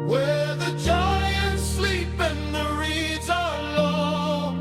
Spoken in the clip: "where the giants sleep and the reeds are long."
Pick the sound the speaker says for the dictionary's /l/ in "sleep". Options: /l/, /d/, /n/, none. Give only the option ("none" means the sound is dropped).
/l/